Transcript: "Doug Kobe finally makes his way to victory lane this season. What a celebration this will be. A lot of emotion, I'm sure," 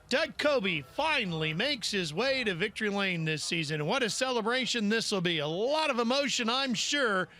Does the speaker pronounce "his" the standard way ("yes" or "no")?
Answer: yes